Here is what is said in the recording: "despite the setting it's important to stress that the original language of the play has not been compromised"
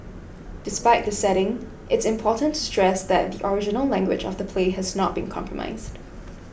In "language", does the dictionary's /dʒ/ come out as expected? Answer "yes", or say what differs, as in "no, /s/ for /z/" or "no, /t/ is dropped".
yes